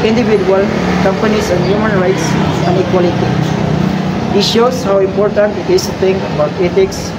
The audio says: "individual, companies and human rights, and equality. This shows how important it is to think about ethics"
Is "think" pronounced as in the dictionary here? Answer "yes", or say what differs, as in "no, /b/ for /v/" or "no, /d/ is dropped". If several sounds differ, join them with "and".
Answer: no, /t/ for /θ/